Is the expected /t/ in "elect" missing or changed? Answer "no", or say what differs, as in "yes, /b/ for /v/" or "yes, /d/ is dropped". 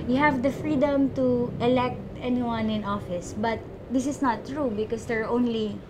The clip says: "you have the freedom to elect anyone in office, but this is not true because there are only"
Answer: no